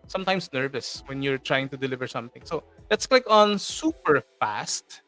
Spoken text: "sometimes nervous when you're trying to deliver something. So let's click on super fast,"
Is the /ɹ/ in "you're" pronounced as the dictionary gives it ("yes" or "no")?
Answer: yes